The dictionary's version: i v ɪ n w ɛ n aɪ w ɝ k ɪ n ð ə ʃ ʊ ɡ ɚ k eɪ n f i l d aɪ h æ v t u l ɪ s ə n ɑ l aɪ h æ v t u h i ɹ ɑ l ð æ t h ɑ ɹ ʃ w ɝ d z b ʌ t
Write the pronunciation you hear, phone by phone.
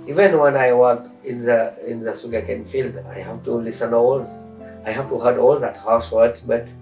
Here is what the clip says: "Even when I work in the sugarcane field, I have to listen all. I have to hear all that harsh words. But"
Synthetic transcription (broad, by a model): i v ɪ n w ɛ n aɪ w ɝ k ɪ n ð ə s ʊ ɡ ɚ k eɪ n f i l d aɪ h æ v t u l ɪ s ə n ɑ l aɪ h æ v t u h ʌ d ɑ l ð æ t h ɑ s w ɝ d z b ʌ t